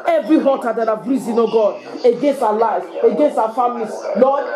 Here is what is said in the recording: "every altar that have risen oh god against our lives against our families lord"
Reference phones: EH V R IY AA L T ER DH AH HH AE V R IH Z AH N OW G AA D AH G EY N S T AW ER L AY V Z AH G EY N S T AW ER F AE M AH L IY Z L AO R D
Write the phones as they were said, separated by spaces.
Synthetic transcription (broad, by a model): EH V R IY AA T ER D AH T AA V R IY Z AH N OW G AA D AH G EY N S T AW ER L AY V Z AH G EY N S T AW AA F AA M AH L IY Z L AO